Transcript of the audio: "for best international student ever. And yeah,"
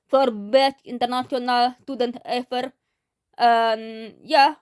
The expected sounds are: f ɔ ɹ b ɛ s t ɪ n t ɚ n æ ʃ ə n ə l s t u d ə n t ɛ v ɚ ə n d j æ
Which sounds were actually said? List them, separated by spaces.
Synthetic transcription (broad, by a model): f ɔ ɹ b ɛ t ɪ n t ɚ n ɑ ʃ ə n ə l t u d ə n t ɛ f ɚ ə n j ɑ